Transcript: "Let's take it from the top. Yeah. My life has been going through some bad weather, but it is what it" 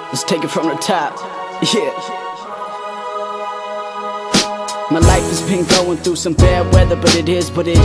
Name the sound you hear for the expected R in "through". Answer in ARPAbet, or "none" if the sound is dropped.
R